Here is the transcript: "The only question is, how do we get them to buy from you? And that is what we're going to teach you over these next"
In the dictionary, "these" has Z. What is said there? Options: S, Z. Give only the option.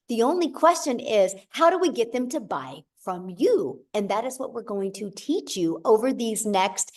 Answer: Z